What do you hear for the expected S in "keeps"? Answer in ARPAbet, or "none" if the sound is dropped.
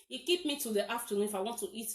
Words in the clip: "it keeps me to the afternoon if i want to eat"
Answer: none